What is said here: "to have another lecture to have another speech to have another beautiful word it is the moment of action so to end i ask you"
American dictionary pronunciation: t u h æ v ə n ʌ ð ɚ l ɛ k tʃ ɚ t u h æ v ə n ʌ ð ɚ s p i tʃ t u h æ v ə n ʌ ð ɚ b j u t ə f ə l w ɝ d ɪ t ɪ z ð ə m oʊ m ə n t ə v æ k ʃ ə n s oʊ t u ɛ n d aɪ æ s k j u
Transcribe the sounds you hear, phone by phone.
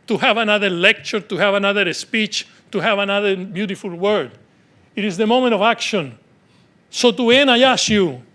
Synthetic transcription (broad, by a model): t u h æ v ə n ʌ ð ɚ l ɛ k tʃ ɚ t u h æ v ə n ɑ ð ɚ s p i tʃ t u h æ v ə n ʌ ð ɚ b j u t ə f ə l w ɝ d ɪ t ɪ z ð ə m oʊ m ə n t ə v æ k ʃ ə n s oʊ t u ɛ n aɪ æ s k j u